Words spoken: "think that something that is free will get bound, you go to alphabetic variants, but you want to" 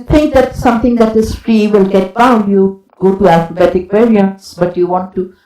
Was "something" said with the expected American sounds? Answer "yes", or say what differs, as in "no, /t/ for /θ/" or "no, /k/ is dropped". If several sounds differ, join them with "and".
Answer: no, /t/ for /θ/